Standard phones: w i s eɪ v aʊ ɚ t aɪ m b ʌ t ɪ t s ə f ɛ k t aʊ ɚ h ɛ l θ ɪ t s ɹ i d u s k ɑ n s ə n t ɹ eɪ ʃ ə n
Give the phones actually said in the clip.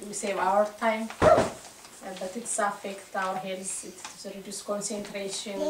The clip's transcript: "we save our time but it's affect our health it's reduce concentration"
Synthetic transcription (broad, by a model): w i s eɪ v aʊ ɚ t aɪ m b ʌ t ɪ t s ə f ɛ k t aʊ ɚ h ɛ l s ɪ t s ɹ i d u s k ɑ n s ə n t ɹ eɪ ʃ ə n